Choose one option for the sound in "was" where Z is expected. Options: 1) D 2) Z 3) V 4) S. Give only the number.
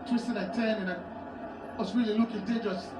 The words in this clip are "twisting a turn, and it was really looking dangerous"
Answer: 4